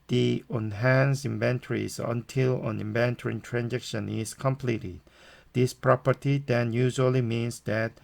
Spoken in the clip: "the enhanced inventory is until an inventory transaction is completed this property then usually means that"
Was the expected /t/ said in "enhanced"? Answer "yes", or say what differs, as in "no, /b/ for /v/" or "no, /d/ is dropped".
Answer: no, /t/ is dropped